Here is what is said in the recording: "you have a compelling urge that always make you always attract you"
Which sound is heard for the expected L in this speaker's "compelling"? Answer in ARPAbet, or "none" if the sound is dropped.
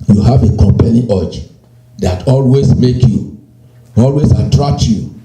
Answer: N